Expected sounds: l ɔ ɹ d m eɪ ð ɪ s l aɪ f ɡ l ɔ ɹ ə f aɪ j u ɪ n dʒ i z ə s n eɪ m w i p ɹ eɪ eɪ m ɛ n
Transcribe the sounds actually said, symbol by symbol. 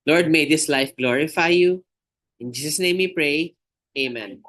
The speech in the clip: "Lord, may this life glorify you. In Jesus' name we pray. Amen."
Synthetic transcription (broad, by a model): l ɔ ɹ d m eɪ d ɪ s l aɪ f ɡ l ɔ ɹ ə f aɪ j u ɪ n dʒ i s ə s n eɪ m w i p ɹ eɪ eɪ m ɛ n